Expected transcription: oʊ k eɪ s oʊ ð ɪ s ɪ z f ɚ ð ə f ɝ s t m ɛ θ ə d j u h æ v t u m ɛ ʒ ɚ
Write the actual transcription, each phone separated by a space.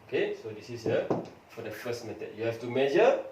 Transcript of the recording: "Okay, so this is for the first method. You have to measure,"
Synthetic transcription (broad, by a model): oʊ k eɪ s oʊ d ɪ s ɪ s f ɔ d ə f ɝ s t m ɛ t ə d j u h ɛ f t u m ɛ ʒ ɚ